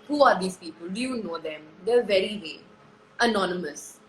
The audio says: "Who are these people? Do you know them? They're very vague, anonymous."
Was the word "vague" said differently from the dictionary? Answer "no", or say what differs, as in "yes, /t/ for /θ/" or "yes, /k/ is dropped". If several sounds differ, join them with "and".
yes, /ɡ/ is dropped